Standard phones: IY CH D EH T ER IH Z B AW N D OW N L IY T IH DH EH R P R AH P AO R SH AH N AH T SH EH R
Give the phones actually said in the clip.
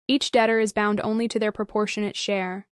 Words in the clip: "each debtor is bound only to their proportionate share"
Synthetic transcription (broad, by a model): IY CH D EH T ER IH Z B AW N D OW N L IY T IH DH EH R P R AH P AO R SH AH N AH T SH EH R